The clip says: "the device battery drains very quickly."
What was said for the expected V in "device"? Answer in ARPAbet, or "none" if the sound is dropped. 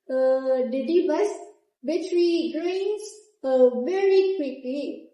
B